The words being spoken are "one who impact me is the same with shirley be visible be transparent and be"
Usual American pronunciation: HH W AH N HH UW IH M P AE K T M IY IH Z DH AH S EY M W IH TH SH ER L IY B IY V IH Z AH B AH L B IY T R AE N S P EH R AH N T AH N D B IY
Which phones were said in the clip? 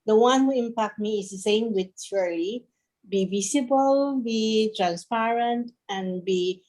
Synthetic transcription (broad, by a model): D W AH N HH UW IH M P AE K T M IY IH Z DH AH S EY M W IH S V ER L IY B IY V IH S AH B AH L B IY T R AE N S P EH R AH N T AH N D B IY